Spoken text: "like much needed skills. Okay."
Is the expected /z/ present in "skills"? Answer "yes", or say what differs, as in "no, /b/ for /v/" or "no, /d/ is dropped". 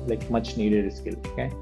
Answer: no, /z/ is dropped